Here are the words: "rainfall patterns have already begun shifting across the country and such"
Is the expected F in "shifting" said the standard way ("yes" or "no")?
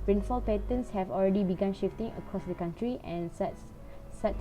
yes